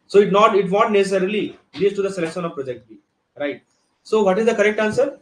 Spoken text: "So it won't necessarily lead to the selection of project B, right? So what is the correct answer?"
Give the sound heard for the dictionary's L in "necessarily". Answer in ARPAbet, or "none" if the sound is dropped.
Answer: L